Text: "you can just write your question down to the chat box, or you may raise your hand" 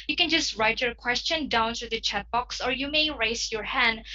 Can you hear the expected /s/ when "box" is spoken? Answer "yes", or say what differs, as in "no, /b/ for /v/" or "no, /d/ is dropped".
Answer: yes